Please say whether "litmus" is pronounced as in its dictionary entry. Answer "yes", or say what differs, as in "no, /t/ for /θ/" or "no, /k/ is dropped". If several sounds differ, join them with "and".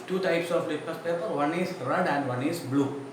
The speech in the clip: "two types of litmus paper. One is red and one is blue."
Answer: no, /m/ is dropped